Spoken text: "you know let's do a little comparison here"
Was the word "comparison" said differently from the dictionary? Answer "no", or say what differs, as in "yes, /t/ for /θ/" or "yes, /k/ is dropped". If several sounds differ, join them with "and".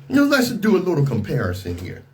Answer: no